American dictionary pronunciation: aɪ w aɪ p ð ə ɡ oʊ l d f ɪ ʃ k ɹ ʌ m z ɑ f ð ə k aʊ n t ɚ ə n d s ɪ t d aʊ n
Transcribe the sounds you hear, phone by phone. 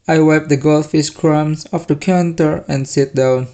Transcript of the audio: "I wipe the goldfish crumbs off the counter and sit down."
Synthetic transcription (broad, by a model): aɪ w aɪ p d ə ɡ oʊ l f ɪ s k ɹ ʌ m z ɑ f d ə k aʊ n t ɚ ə n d s ɪ t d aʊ n